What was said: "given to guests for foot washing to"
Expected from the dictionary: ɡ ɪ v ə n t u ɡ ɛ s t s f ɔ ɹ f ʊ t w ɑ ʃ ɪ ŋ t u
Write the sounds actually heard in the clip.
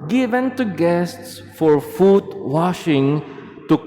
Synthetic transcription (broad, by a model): ɡ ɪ v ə n t u ɡ ɛ s t s f ɔ ɹ f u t w ɑ ʃ ɪ ŋ t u